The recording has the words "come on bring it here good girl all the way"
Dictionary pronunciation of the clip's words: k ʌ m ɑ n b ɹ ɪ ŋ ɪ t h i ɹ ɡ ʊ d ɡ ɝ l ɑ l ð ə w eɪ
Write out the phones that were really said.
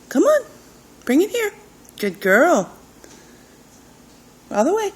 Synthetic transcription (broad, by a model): k ʌ m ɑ n b ɹ ɪ ŋ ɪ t h i ɹ ɡ ʊ d ɡ ɝ l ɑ l ð ə w eɪ